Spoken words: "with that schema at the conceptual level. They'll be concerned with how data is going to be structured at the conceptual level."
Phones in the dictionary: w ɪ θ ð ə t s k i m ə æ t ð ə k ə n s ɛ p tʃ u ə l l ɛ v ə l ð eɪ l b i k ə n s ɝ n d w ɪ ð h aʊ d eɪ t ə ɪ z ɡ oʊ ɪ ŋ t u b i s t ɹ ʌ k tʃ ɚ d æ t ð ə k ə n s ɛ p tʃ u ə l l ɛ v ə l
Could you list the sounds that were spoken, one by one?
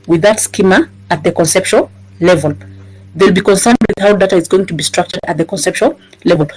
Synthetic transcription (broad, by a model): w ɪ ð ə t s k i m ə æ t ð ə k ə n s ɛ p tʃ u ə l l ɛ v ə l ð eɪ l b i k ə n s ɝ n d w ɪ ð h aʊ d eɪ t ə ɪ z ɡ oʊ ɪ ŋ t u b i s t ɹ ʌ k tʃ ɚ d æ t ð ə k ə n s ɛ p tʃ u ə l l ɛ v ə l